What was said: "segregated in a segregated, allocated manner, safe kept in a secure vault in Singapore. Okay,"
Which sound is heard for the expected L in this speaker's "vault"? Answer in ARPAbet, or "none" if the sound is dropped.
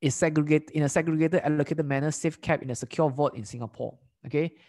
none